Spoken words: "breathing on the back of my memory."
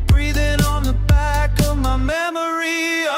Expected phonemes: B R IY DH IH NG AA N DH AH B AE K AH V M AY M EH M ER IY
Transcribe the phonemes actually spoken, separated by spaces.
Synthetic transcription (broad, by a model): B R IY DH IH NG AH N DH AH B AE K AH V M AY M EH M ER IY